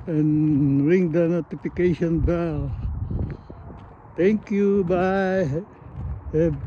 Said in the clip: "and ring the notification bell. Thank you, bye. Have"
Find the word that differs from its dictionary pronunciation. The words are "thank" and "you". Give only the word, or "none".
thank